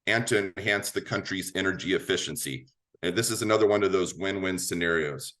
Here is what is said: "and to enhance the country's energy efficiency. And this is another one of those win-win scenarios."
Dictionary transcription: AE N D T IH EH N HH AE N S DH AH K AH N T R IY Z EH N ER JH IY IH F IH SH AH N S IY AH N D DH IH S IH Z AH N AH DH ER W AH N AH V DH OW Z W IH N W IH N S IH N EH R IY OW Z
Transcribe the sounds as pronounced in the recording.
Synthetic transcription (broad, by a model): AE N T IH EH N HH AE N S DH AH K AH N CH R IY Z EH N ER JH IY IH F IH SH AH N S IY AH N DH IH S IH Z AH N AH DH ER W AH N AH V DH OW Z W IH N W IH N S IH N EH R IY OW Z